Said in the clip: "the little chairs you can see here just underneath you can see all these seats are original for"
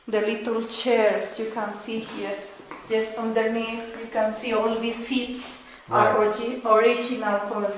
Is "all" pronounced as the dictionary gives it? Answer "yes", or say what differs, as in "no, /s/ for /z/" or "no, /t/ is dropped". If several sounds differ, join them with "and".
yes